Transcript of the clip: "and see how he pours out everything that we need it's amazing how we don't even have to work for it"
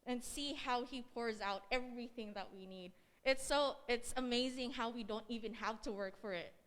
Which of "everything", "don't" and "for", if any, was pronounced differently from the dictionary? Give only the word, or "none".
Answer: none